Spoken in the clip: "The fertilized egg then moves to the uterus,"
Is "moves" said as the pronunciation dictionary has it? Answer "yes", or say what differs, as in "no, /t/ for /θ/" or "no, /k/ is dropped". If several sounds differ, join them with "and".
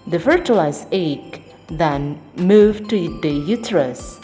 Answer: no, /z/ is dropped